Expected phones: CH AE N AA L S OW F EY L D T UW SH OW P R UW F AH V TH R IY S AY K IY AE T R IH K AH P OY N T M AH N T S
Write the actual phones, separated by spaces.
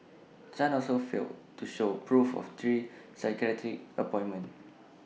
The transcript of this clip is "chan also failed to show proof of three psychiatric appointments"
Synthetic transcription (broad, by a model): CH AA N AA L S OW F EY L T UW SH OW P R UW F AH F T R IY S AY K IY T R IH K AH P OY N M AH N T